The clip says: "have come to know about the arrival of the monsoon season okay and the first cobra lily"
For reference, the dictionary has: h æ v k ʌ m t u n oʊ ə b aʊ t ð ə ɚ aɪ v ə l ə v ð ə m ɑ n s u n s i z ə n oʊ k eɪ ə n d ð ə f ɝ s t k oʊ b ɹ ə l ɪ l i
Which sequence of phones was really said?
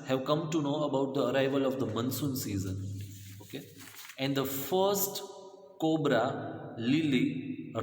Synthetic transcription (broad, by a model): h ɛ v k ʌ m t u n oʊ ə b aʊ t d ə ɚ aɪ v ə l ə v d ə m ɑ n s u n s i z ə n oʊ k eɪ ə n d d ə f ɝ s t k oʊ b ɹ ə l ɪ l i